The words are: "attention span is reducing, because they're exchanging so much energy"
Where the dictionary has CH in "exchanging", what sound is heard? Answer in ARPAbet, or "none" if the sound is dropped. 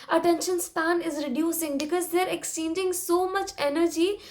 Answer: none